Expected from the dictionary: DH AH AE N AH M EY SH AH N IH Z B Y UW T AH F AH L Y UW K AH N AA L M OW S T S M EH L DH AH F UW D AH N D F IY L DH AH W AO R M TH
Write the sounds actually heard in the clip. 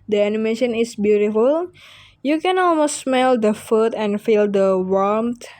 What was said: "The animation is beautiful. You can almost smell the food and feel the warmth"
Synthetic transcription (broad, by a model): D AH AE N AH M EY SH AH N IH S B Y UW T AH F AH L Y UW K AH N AA L M OW S T S M EH L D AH F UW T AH N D F IY L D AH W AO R M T